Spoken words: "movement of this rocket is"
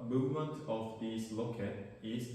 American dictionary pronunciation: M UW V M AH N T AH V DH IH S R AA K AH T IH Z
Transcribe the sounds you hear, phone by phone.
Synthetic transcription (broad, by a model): M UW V M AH N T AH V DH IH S L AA K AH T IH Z